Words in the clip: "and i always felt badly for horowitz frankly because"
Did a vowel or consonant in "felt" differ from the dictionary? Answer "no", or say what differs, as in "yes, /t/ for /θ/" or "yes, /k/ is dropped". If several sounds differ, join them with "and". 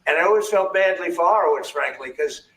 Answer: no